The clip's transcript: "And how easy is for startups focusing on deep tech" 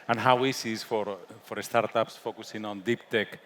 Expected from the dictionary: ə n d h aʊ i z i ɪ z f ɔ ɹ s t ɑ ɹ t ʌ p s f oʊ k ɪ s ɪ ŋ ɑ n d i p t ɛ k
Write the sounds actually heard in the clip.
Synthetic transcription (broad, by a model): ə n h aʊ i s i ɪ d f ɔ ɹ s t ɑ ɹ t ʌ p s f oʊ k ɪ s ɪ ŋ ɑ n d i p t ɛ k